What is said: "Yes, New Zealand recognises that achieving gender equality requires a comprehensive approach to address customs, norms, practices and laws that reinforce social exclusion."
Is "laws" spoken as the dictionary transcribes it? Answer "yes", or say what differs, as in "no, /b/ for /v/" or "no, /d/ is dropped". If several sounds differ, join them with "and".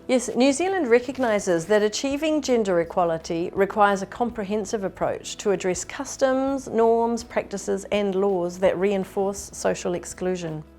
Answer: yes